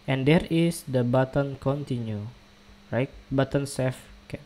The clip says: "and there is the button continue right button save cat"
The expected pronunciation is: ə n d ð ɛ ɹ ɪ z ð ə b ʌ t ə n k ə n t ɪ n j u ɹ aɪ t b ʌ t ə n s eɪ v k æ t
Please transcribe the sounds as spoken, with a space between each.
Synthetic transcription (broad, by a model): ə n d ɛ ɹ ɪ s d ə b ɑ t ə n k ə n t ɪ n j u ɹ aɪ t b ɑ t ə n s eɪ f k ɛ